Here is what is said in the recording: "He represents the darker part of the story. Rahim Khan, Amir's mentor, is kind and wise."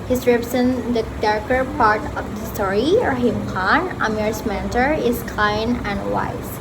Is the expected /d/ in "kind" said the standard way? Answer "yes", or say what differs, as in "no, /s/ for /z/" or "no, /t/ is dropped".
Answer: no, /d/ is dropped